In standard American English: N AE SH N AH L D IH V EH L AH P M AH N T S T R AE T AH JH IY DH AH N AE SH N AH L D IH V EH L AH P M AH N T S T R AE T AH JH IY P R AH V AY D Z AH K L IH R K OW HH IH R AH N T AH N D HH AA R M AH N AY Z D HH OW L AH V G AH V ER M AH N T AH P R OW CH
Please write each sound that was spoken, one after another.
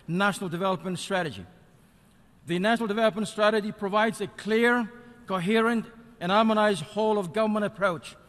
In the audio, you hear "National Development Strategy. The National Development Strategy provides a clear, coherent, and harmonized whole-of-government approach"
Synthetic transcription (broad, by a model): N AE SH N L D IH V EH L AH P M AH N T S T R AE T AH JH IY DH AH N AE SH N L D IH V EH L AH P M AH N T S T R AE T AH JH IY P R AH V AY D Z AH K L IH R K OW HH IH R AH N T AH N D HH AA R M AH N AY Z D HH OW L AH V G AH V ER M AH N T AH P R OW CH